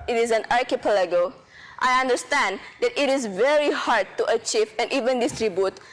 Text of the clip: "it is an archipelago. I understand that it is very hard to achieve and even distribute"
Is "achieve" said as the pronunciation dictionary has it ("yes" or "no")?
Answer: yes